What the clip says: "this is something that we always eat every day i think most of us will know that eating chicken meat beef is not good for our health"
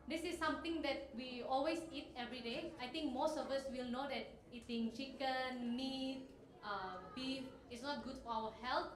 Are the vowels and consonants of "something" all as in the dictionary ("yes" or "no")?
no